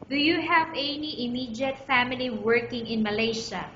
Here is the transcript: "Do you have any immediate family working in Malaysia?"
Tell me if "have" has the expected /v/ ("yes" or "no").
yes